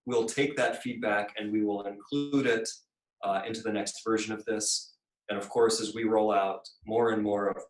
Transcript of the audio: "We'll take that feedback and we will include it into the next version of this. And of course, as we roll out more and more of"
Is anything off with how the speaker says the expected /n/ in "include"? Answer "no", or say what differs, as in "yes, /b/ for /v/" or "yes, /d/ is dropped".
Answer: no